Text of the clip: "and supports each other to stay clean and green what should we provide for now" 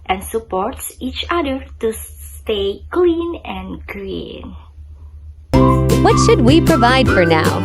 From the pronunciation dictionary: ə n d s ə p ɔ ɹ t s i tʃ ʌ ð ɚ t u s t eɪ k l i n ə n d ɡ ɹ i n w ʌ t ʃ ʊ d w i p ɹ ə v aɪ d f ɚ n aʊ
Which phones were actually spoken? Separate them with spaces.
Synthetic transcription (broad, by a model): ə n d s ə p ɔ ɹ t s i tʃ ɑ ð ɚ t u s t eɪ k l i n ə n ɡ ɹ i n w ʌ t ʃ ʊ d w i p ɹ ə v aɪ d f ɚ n aʊ